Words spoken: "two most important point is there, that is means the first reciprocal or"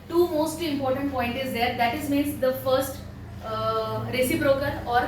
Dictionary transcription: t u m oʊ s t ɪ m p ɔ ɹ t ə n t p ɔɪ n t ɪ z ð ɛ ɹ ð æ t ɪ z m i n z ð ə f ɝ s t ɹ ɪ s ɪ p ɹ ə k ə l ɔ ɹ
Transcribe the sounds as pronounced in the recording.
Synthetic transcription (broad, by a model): t u m oʊ s t ɪ m p ɔ ɹ t ə n t p ɔɪ n t ɪ z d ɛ ɹ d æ t ɪ z m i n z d ə f ɝ s t ɹ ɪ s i b ɹ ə k ə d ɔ ɹ